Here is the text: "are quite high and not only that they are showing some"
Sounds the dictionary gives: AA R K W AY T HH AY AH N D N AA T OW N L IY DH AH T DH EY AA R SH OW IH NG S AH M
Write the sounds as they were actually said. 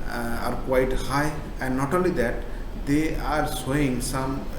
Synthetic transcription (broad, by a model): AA R K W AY T HH AY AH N D N AA T OW N L IY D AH T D EY AA R S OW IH NG S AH M